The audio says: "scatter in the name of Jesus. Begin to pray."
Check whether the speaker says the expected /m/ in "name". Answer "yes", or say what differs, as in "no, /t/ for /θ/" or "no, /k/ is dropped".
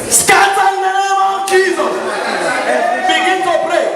no, /m/ is dropped